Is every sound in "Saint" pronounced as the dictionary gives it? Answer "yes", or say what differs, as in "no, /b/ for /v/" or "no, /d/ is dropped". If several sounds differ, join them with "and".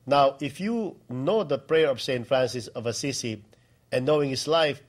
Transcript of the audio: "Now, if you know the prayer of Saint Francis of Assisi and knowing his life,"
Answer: yes